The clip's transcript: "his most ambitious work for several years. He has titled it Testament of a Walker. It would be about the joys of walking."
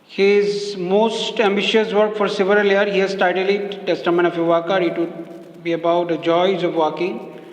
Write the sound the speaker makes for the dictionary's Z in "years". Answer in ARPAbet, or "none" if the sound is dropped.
none